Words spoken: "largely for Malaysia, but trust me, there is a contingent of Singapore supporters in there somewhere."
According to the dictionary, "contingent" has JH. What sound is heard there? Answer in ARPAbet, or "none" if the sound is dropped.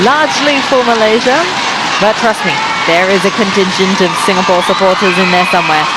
SH